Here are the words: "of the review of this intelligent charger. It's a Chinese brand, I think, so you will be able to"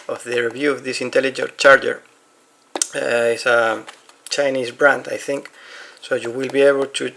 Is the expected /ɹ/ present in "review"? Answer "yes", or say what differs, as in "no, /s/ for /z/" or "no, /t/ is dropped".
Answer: yes